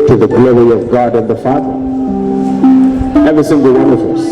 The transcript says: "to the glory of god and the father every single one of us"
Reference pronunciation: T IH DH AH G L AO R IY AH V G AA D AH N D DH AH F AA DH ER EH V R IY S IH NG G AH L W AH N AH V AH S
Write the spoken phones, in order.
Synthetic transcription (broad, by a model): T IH DH AH G L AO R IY AH V G AA D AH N DH AH F AA DH ER EH V R IY S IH NG G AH L W AH N AH V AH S